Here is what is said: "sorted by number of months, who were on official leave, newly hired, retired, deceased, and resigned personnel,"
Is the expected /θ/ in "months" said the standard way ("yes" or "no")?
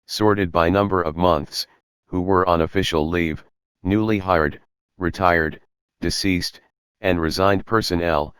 yes